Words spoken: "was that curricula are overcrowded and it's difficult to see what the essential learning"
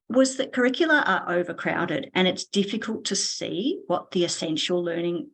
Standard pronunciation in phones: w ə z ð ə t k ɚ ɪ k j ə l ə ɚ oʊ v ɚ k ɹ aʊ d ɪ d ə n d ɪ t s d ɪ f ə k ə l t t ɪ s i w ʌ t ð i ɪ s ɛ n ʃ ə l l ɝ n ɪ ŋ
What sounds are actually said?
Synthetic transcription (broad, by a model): w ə z ð ə t k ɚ ɪ k j l ə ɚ oʊ v ɚ k ɹ aʊ d ɪ d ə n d ɪ t s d ɪ f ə k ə l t t ɪ s i w ʌ t ð i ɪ s ɛ n ʃ l l ɝ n ɪ ŋ